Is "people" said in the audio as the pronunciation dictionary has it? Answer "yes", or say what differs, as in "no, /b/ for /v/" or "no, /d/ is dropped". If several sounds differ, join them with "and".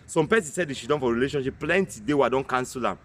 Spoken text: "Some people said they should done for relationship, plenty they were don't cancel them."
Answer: no, /n/ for /l/